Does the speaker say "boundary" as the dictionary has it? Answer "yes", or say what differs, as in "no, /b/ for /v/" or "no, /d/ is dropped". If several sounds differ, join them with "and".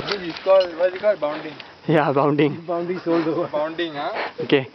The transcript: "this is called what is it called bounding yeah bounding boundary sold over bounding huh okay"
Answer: no, /ɹ/ is dropped